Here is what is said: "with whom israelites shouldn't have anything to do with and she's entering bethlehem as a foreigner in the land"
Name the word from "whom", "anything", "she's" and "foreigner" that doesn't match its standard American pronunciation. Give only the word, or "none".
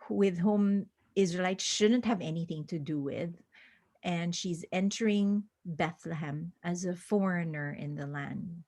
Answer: none